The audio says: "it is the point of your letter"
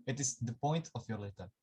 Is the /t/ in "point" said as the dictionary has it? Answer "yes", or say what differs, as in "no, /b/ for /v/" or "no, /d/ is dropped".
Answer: yes